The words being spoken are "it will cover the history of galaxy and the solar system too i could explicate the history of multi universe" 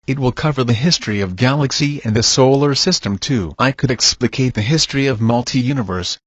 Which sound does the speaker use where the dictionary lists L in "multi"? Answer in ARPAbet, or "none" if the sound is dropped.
L